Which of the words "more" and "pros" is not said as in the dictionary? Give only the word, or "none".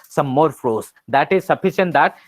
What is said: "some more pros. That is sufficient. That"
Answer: pros